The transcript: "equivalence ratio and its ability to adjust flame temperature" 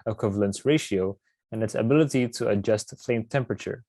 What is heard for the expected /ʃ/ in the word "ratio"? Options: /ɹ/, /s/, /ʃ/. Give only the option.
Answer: /ʃ/